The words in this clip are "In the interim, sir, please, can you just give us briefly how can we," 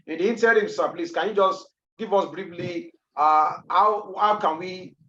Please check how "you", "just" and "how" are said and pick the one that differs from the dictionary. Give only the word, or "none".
none